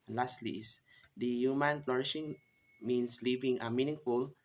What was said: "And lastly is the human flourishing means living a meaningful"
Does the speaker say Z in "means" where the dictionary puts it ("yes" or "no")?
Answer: no